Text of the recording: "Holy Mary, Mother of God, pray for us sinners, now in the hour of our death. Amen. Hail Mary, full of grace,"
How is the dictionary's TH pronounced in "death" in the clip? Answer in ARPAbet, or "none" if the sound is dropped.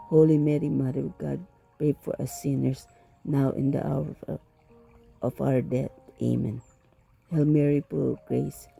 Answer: T